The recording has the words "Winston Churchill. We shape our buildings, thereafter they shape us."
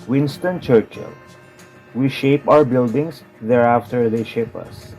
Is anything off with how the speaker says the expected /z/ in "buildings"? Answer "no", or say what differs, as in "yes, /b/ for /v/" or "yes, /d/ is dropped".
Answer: yes, /s/ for /z/